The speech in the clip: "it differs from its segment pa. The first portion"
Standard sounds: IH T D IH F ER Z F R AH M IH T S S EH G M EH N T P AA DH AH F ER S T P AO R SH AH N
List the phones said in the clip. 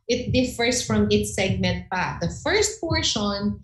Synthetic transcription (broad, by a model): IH T D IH F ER S F R AH M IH T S S EH G M EH N T P AA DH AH F ER S T P AO R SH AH N